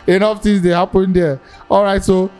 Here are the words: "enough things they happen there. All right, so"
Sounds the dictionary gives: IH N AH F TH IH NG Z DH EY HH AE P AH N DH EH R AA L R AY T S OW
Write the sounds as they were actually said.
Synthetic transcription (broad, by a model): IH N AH F T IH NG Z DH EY HH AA P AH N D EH AA L R AY T S OW